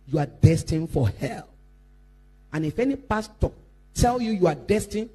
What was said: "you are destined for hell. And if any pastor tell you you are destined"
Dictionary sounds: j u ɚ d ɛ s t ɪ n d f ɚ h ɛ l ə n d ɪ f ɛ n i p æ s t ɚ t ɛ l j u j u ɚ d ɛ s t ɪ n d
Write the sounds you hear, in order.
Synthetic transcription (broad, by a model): j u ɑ d ɛ s t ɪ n f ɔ h ɛ l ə n ɪ f ɛ n i p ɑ s t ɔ t ɛ l j u j u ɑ d ɛ s t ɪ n